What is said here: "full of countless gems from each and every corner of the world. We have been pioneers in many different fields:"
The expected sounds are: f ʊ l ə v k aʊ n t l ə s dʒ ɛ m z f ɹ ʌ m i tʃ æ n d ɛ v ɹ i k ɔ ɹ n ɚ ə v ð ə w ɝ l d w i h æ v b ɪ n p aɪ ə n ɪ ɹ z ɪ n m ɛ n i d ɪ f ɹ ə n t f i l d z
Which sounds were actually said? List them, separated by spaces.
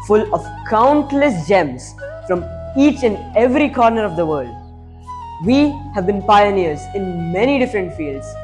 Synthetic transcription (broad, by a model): f ʊ l ə v k aʊ n t l ə s dʒ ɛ m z f ɹ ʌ m i tʃ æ n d ɛ v ɹ i k ɔ ɹ n ɚ ə v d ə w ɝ l d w i h æ v b ɪ n p aɪ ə n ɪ ɹ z ɪ n m ɛ n i d ɪ f ɹ ə n t f i l d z